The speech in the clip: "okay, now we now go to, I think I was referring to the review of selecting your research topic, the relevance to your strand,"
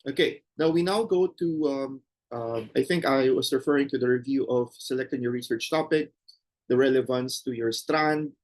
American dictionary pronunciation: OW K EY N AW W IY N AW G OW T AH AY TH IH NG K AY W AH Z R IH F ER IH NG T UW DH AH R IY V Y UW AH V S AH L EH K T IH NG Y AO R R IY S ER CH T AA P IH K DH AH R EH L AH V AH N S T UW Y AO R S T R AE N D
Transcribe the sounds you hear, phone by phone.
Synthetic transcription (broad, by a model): OW K EY N AW W IY N AW G OW T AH AY TH IH NG K AY W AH S R IH F ER IH NG T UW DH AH R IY V Y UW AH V S AH L EH K T IH NG Y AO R R IY S ER CH T AA P IH K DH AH R EH L AH V AH N S T UW Y AO R S T R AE N D